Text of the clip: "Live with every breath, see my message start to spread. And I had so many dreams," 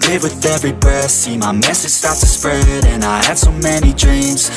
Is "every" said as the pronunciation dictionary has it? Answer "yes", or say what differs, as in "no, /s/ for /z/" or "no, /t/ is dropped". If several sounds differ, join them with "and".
yes